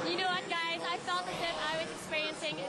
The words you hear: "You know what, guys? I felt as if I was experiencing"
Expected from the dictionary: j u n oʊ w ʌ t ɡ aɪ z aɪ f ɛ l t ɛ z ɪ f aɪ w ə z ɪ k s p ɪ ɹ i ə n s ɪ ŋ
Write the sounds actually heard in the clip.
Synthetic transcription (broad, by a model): j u n oʊ w ʌ t ɡ aɪ z aɪ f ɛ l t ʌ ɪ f aɪ w ə z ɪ k s p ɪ ɹ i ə n s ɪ ŋ